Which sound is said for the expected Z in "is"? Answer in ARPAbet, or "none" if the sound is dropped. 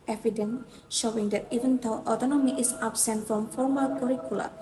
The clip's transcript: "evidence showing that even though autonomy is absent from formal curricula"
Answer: S